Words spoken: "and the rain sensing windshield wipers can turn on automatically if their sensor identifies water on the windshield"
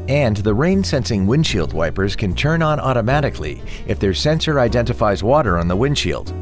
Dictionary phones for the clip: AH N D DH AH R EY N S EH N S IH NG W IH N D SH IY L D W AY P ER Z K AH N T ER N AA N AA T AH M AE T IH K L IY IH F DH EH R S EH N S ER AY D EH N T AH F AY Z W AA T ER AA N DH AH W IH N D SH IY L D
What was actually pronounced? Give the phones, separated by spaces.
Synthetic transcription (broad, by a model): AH N DH AH R EY N S EH N S IH NG W IH N SH IY L D W AY P ER Z K AH N T ER N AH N AA T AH M AE T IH K L IY IH F DH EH R S EH N S ER AY D EH N T AH F AY Z W AA T ER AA N DH AH W IH N SH IY L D